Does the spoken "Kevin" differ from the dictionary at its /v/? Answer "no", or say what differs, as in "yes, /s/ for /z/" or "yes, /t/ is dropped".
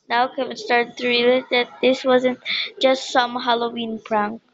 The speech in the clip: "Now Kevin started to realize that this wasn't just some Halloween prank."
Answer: yes, /w/ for /v/